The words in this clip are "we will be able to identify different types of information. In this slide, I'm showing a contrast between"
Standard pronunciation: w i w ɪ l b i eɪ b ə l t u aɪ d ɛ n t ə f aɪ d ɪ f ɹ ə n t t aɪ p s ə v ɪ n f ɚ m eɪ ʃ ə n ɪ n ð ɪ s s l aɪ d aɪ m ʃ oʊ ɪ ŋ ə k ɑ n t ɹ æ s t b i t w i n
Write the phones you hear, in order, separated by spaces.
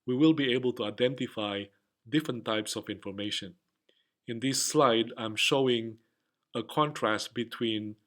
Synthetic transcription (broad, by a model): w i w ɪ l b i eɪ b ə l t u aɪ d ɛ n t ə f aɪ d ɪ f ɹ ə n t t aɪ p s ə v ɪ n f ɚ m eɪ ʃ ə n ɪ n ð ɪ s s l aɪ d aɪ m ʃ oʊ ɪ ŋ ə k ɑ n t ɹ æ s t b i t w i n